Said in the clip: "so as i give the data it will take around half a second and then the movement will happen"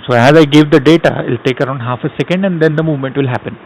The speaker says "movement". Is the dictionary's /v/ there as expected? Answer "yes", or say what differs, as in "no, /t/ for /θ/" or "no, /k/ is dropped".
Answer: yes